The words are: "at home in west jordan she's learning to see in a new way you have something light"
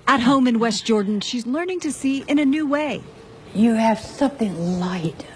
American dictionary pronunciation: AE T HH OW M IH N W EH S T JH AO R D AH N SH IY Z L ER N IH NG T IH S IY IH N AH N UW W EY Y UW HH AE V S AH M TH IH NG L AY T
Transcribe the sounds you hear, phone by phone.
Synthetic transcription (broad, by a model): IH T HH OW M IH N W EH S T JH AO R D N SH IY Z L ER N IH NG T IH S IY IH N AH N UW W EY Y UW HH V S AH M TH IH NG L AY T